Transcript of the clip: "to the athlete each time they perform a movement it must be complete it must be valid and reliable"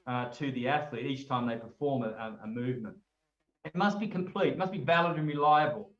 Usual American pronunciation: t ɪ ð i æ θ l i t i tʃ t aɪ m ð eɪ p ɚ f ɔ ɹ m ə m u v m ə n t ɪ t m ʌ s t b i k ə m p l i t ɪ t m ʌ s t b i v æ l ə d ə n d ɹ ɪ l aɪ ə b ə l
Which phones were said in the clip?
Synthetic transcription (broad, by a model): t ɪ ð i æ θ l i t i tʃ t aɪ m ð eɪ p ɚ f ɔ ɹ m ə m u v m ə n t ɪ t m ʌ s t b i k ə m p l i t ɪ t m ʌ s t b i v æ l ə d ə n ɹ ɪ l aɪ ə b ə l